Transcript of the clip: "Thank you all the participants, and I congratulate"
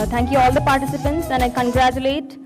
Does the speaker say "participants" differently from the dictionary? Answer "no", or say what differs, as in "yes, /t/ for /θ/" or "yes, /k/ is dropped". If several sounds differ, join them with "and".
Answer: no